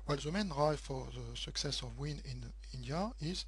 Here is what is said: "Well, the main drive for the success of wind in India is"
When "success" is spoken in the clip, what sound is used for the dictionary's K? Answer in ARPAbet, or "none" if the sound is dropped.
K